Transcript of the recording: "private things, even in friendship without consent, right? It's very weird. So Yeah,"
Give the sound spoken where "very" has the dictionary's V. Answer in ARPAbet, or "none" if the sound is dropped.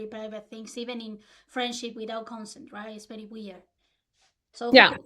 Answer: P